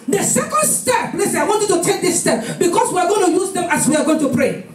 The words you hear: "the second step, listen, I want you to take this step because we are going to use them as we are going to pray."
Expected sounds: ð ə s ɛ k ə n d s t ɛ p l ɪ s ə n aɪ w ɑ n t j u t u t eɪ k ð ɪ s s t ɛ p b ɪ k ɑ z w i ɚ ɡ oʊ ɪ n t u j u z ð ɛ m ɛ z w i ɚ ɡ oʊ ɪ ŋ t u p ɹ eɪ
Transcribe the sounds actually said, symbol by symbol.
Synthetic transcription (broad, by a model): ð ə s ɛ k ə n d s t ɛ p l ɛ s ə aɪ w ɑ n t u t u t eɪ k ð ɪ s s t ɛ p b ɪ k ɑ s w i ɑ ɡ oʊ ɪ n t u j u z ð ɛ m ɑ s w i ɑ ɡ oʊ ɪ ŋ t u p ɹ eɪ